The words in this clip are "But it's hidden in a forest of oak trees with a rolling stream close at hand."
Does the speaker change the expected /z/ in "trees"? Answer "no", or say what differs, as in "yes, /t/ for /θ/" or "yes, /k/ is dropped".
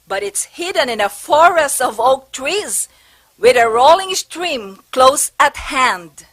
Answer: no